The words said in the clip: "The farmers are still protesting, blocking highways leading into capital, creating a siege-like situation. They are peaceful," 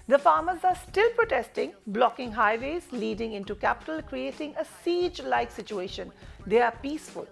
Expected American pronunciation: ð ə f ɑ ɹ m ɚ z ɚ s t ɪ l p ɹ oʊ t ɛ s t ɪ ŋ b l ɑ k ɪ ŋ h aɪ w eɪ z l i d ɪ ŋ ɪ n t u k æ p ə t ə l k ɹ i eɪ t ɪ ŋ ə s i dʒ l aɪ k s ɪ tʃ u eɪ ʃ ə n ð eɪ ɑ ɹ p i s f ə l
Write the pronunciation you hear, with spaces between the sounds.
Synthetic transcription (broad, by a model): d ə f ɑ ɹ m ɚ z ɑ s t ɪ l p ɹ oʊ t ɛ s t ɪ ŋ b l ɑ k ɪ ŋ h aɪ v eɪ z l i d ɪ ŋ ɪ n t u k æ p ə t ə l k ɹ i eɪ t ɪ ŋ ə s i dʒ l aɪ k s ɪ tʃ u eɪ ʃ ə n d eɪ ɑ ɹ p i s f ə l